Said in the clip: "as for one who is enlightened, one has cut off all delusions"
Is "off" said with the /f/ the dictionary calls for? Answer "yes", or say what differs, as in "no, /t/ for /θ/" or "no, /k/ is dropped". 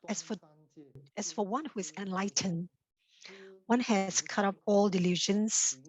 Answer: no, /p/ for /f/